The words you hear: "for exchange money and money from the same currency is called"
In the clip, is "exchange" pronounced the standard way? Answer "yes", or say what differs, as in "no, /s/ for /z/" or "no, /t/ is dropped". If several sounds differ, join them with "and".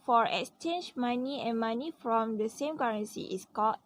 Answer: yes